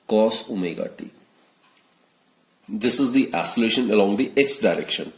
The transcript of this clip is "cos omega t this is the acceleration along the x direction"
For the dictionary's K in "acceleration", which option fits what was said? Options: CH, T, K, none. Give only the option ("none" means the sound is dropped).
none